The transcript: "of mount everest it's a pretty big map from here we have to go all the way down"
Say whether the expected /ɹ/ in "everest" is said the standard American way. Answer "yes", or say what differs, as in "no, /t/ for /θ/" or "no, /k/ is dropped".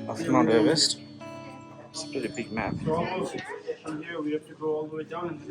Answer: no, /ɹ/ is dropped